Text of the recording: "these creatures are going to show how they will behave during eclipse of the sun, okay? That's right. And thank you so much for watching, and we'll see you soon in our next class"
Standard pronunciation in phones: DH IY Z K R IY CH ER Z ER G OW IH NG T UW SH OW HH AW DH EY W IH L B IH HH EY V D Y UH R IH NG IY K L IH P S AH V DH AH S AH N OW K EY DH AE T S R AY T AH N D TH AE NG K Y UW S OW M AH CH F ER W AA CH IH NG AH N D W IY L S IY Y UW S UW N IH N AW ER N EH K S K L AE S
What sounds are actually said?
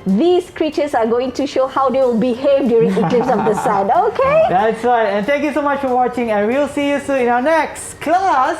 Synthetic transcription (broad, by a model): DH IY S K R IY CH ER S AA G OW IH NG T UW SH OW HH AW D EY W IH L B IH HH EY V D Y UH R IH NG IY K L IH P S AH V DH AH S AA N OW K EY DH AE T S R AY T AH N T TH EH NG K Y UW S OW M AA CH F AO W AA CH IH NG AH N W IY L S IY Y UW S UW IH N AW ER N EH K S K L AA S